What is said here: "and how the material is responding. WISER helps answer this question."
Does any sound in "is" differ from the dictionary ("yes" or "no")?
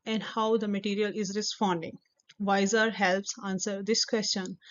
no